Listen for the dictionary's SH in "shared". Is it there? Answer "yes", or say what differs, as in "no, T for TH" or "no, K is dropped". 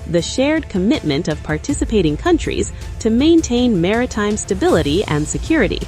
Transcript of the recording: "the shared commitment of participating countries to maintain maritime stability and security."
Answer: yes